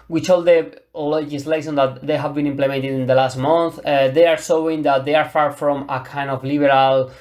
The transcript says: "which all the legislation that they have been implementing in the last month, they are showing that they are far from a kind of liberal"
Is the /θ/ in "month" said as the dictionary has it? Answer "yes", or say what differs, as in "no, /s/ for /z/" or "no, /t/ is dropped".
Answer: yes